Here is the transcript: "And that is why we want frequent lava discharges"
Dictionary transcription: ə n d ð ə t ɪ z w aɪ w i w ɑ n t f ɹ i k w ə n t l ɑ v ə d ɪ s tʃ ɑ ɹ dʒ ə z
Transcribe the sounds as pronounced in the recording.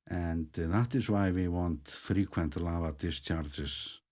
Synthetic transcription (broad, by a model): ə n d ð ə t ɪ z w aɪ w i w ɑ n t f ɹ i k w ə n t l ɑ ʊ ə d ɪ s tʃ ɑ ɹ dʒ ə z